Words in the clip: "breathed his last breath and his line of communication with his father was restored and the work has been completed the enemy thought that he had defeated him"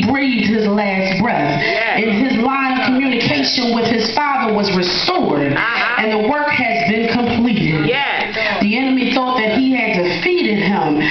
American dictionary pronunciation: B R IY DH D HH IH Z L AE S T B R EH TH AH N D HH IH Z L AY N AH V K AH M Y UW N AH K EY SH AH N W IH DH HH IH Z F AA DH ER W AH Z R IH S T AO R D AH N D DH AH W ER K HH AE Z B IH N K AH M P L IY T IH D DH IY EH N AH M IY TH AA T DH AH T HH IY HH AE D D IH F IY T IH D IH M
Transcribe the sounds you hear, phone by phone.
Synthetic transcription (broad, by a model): B R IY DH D HH IH Z L AE S T B R EH TH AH N IH Z L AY AH V K AH M Y UW N AH K EY SH AH N W IH DH IH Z F AA DH ER W AH Z R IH S T AO R D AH N DH AH W ER K HH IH Z B IH N K AH M P L IY T IH D DH IY EH N AH M IY TH AA T DH AH T HH IY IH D D IH F IY T IH D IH M